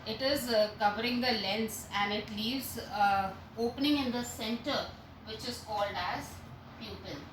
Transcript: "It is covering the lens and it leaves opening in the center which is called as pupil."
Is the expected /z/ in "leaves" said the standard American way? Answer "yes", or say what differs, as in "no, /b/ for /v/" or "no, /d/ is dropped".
no, /s/ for /z/